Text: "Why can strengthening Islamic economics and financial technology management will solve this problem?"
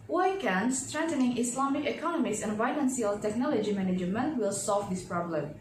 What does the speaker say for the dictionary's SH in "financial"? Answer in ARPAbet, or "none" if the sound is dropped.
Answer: S